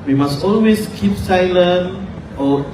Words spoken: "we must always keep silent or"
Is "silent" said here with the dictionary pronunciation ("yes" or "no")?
no